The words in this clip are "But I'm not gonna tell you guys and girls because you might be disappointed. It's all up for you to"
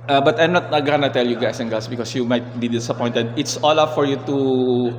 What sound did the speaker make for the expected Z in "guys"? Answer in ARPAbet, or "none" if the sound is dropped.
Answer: S